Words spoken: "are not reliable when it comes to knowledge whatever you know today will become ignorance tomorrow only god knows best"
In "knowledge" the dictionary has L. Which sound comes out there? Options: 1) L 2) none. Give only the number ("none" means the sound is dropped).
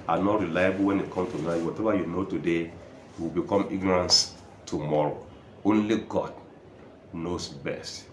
2